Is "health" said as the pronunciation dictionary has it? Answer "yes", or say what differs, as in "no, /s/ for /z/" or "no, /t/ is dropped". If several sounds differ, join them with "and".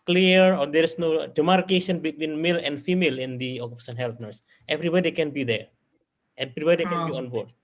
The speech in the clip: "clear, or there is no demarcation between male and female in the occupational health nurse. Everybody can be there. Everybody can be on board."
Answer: no, /t/ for /θ/